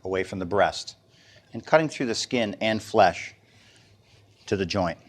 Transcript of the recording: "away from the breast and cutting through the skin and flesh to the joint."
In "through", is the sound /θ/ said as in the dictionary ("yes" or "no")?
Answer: yes